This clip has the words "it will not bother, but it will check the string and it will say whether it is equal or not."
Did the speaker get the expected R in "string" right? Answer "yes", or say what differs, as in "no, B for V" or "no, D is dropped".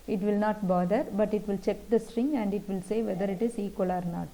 yes